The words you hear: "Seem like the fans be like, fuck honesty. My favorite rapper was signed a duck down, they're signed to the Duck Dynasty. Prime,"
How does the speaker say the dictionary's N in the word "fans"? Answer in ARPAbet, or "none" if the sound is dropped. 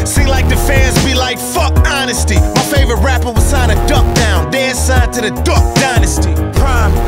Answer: none